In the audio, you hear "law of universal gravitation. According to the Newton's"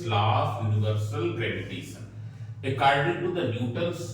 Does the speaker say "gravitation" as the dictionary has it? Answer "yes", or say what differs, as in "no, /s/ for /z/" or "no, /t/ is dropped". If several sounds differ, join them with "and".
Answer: no, /s/ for /ʃ/